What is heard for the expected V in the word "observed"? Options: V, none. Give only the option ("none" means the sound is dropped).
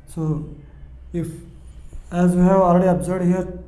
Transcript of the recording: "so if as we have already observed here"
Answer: none